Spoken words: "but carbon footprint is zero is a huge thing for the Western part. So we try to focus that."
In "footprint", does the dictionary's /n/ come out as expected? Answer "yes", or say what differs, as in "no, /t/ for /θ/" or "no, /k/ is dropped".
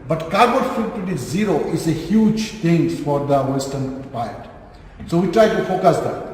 no, /n/ is dropped